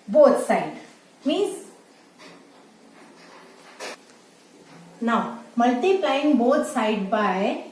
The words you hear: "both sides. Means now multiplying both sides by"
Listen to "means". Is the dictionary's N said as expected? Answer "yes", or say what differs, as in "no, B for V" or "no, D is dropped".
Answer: no, N is dropped